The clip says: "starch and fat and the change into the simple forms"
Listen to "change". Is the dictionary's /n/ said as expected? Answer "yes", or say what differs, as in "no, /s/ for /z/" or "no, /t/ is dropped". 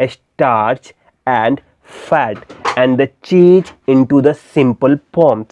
no, /n/ is dropped